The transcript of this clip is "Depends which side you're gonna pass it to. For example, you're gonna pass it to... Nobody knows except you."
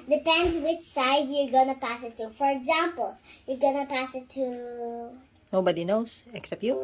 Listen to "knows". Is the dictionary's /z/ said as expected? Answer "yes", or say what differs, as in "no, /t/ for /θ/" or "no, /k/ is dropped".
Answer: no, /s/ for /z/